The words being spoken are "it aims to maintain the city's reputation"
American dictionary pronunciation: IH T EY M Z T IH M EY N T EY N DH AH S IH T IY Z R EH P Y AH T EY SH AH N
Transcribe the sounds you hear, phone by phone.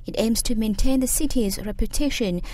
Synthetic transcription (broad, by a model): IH T EY M Z T IH M EY N T EY N DH AH S IH T IY Z R EH P Y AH T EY SH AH N